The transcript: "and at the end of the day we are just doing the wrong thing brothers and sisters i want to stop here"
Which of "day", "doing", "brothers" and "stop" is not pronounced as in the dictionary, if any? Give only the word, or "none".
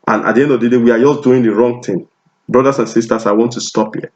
brothers